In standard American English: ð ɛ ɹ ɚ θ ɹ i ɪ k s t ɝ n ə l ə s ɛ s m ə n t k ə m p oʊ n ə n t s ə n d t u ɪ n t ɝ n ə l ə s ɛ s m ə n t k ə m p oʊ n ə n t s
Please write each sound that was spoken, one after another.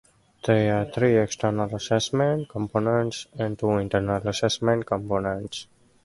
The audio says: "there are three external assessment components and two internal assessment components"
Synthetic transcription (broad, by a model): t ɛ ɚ t ɹ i ɪ k s t ɝ n ə l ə s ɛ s m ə n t k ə m p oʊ n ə n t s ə n t u ɪ n t ɝ n ə l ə s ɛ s m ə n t k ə m p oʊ n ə n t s